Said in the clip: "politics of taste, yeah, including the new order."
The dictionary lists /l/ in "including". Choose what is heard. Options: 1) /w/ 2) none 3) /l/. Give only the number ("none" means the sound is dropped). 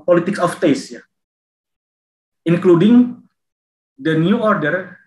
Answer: 3